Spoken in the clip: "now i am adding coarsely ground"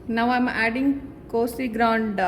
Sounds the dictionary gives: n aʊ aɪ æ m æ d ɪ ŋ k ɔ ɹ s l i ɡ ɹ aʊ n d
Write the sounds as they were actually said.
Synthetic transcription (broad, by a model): n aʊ aɪ m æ d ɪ ŋ k ɔ s i ɡ ɹ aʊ n d